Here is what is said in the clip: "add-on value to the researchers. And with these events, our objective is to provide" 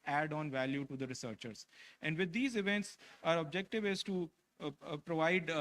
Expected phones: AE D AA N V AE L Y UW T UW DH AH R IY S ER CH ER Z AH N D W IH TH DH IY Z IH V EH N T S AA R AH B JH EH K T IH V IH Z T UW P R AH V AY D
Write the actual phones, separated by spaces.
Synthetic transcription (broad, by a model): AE D AA N V AE L Y UW T UW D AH R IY S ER CH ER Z AH N D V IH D IY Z IH V EH N T S AA R AH B JH EH K T IH V IH Z T UW P R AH V AY D